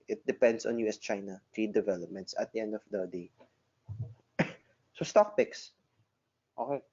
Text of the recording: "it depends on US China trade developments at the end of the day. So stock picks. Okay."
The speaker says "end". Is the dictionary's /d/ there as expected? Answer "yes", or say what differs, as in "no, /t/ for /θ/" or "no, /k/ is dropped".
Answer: yes